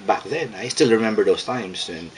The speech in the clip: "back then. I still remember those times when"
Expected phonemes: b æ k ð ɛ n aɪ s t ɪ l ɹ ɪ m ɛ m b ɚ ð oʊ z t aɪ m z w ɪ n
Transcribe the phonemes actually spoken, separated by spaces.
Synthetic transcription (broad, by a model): b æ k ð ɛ n aɪ s t ɪ l ɹ ɪ m ɛ m b ɚ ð oʊ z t aɪ m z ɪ n